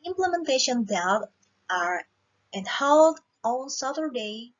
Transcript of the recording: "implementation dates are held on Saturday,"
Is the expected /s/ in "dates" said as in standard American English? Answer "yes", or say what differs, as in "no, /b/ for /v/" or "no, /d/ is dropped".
no, /s/ is dropped